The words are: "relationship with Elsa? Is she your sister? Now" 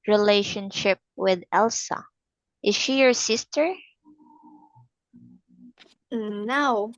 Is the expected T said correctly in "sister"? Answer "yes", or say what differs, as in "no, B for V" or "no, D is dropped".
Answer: yes